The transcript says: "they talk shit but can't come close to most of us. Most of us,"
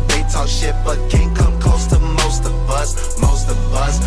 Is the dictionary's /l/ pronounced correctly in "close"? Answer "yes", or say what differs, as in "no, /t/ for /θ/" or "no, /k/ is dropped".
no, /l/ is dropped